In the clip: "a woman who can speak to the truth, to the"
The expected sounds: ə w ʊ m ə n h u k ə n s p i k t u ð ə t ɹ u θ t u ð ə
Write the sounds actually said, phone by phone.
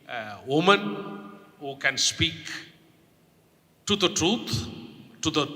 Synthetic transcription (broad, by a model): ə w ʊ m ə n h u k ə n s p i k t u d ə t ɹ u t t u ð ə